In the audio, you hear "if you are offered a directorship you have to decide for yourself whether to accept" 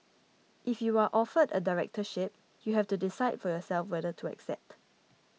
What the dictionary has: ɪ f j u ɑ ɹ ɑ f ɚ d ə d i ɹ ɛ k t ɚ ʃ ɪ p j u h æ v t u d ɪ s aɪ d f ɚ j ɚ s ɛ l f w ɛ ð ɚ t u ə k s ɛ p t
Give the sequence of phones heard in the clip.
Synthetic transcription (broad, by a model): ɪ f j u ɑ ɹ ɑ f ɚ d ə d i ɹ ɛ k t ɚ ʃ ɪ p j u h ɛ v t u d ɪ s aɪ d f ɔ j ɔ s ɛ l f w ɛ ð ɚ t u ə k s ɛ p t